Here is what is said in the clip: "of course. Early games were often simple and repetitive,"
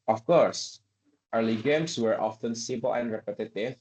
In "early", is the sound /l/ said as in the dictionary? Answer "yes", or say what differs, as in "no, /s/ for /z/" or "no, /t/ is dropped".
yes